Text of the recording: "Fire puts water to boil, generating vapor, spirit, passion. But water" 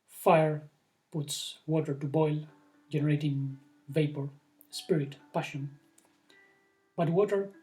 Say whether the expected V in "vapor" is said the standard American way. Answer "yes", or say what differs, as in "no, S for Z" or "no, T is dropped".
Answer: yes